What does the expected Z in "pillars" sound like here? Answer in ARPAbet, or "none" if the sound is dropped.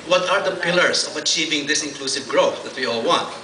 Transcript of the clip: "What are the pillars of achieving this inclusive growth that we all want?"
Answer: S